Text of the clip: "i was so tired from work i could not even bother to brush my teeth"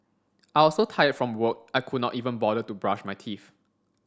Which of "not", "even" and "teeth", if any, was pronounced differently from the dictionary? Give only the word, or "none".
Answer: teeth